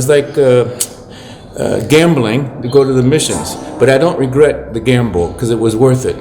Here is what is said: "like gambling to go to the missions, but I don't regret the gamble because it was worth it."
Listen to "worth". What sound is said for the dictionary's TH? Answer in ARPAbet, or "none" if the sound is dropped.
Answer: TH